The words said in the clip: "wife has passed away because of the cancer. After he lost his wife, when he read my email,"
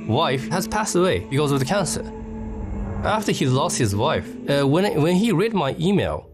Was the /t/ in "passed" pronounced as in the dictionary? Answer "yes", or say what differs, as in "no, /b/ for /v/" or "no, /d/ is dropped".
yes